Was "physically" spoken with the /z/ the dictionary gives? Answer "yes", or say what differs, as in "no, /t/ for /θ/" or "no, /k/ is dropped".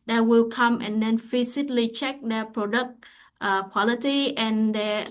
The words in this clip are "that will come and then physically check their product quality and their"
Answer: no, /s/ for /z/